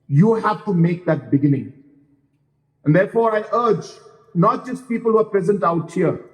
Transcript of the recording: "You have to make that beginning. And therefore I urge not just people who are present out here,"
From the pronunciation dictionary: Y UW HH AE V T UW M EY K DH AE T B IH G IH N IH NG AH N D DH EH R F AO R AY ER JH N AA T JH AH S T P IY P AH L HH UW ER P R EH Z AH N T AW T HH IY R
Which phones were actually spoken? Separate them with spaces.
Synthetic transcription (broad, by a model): Y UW HH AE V T UW M EY K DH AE T B IH G IH N IH NG AH N D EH R F AO R AY ER JH N AA T JH AH S T P IY P AH L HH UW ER P R EH Z AH N T AW T HH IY R